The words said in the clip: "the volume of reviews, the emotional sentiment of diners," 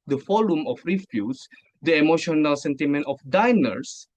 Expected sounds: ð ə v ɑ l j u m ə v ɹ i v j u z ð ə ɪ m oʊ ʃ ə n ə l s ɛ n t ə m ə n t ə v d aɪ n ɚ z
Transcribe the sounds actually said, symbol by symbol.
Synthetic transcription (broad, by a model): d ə f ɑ l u m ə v ɹ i f j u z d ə ɪ m oʊ ʃ ə n ə l s ɛ n t ə m ə n t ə f d aɪ n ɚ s